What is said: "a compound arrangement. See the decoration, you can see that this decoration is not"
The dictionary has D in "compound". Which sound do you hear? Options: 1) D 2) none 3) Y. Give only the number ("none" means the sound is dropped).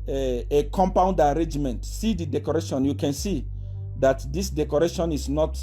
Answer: 1